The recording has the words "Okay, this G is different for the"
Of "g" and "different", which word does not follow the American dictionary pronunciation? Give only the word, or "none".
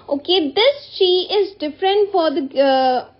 g